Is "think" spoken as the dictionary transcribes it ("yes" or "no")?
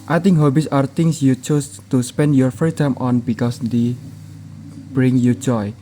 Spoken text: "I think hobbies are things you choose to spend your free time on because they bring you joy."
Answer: no